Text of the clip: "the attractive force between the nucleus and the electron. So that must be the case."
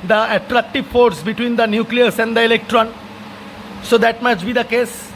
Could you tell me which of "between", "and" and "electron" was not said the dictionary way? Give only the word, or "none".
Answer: none